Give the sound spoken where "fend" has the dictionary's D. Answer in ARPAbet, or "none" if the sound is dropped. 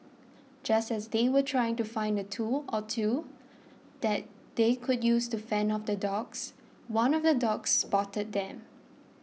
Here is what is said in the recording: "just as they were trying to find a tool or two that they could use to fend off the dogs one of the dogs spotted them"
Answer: none